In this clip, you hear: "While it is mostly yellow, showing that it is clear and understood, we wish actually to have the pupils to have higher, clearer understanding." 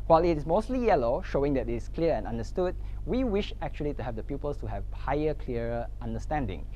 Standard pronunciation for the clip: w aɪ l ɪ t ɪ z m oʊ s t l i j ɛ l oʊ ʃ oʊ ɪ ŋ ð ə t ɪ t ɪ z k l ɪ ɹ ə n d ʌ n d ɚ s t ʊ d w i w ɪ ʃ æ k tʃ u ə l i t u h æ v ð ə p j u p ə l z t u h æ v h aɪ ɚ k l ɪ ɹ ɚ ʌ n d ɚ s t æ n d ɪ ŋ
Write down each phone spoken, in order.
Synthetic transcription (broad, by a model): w aɪ l ɪ t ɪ s m oʊ s t l i j ɛ l oʊ ʃ oʊ ɪ ŋ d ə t ɪ t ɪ s k l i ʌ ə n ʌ n d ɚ s t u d w i w ɪ ʃ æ k tʃ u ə l i t u h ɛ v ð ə p j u p ə l s t u h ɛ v h aɪ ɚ k l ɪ ɚ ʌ n d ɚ s t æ n d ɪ ŋ